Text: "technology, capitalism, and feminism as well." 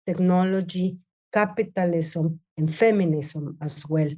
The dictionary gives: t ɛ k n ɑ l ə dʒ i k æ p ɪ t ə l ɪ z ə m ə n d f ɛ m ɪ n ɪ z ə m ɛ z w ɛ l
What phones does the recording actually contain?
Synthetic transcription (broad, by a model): t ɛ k n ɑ l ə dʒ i k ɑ p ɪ t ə l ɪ s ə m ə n f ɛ m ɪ n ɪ s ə m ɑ s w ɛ l